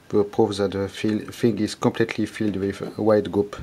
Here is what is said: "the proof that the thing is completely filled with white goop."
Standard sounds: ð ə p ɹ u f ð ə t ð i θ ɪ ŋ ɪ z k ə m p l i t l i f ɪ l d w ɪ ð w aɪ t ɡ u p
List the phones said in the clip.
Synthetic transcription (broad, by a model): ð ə p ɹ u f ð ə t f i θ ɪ ŋ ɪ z k ə m p l i t l i f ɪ l d w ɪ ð w aɪ t ɡ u p